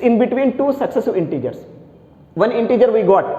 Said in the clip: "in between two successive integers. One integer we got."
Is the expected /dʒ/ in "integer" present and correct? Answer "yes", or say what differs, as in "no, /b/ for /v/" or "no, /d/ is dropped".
yes